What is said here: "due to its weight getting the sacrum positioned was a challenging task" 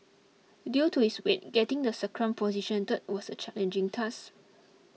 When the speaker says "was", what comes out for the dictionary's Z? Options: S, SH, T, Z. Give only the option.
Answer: S